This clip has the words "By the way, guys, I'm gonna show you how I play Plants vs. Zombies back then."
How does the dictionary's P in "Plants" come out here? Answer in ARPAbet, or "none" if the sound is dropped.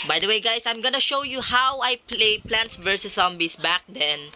P